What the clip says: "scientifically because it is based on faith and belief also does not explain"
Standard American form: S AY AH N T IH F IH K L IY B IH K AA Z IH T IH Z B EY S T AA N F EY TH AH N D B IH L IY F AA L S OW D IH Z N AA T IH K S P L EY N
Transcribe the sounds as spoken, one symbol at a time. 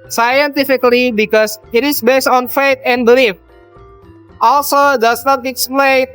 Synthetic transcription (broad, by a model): S AY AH N T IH F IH K L IY B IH K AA S IH T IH S B EY S T AA N F EY T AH N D B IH L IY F AA L S OW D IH S N AA T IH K S P L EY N